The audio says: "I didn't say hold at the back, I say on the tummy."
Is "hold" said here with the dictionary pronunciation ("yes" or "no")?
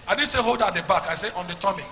yes